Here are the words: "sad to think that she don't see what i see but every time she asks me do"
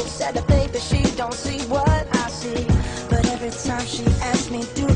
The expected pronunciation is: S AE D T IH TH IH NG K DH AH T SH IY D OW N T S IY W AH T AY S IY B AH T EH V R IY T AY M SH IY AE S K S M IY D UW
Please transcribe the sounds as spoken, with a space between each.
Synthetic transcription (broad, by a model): S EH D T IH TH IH K DH AH T SH IY D OW N T S IY W AH T AY S IY B AH T EH V R IY T AY M SH IY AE S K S M IY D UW